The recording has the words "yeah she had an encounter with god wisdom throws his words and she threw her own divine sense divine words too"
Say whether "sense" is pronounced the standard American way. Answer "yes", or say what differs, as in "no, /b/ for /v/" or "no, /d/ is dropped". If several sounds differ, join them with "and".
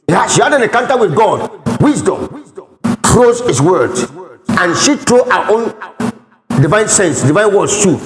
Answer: yes